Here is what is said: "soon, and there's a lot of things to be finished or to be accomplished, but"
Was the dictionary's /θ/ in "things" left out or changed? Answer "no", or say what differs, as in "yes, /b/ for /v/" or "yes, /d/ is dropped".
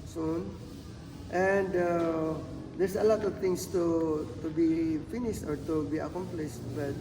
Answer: yes, /t/ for /θ/